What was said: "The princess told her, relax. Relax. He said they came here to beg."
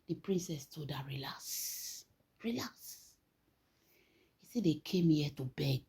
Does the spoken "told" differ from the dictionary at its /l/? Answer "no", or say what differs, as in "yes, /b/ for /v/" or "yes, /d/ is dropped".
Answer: yes, /l/ is dropped